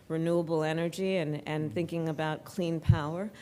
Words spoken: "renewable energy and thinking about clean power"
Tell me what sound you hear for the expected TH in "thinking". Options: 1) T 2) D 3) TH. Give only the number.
3